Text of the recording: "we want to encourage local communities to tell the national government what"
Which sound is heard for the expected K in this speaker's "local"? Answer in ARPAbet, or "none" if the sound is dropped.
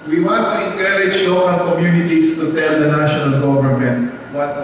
none